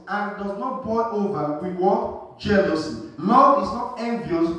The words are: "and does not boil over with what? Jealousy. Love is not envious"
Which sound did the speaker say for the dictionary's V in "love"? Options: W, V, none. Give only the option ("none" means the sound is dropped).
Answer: none